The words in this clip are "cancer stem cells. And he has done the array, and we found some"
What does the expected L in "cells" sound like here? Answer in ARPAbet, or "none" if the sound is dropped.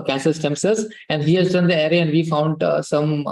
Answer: none